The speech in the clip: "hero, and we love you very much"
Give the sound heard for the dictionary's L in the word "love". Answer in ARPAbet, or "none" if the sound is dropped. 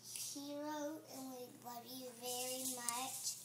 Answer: W